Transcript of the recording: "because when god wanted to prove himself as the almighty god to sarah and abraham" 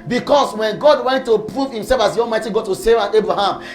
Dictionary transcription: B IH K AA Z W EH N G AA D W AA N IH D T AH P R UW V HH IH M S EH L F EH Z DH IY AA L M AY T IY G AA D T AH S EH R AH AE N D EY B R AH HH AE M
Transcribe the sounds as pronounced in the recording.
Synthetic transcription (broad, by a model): B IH K AA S W EH N G AA D W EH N T AH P R UW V HH IH M S EH L F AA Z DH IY AA L M AY T IY G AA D T AH S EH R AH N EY B R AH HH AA M